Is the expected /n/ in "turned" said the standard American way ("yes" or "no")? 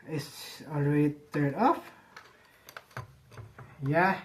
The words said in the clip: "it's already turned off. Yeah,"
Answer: no